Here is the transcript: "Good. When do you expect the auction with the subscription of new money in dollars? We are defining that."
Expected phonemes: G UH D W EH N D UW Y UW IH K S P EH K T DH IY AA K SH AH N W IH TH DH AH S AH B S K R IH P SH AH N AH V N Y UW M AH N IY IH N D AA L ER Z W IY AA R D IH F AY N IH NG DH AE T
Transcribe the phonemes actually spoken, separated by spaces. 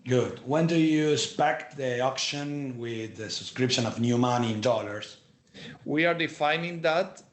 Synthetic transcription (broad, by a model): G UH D W EH N D UW Y UW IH S P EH K T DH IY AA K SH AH N W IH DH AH S AH B S K R IH P SH AH N AH V N Y UW M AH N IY IH N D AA L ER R W IY AA R D IH F AY N IH NG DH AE T